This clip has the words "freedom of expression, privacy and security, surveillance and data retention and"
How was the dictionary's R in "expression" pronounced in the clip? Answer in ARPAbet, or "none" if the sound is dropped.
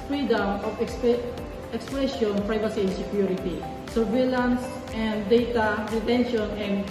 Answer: none